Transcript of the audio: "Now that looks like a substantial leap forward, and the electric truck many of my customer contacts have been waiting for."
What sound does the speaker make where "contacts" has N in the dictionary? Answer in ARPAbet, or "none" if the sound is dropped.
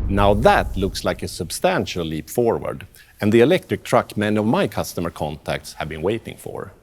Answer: N